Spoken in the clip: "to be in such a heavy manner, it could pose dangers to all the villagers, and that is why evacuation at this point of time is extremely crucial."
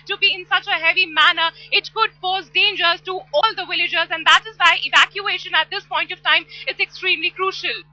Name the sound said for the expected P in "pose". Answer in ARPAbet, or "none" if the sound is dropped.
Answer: F